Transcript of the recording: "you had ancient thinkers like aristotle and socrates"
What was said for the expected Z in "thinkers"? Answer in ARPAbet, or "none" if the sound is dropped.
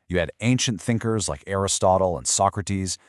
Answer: Z